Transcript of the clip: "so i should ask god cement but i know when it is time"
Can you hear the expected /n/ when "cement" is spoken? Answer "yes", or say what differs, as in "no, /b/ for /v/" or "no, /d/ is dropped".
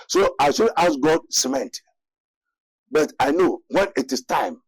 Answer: yes